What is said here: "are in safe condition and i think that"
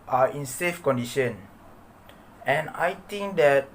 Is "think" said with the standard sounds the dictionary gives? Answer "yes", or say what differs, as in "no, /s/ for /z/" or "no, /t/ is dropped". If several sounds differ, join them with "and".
no, /t/ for /θ/